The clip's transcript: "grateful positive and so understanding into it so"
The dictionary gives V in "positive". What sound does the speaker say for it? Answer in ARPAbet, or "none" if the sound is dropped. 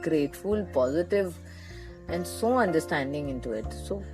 V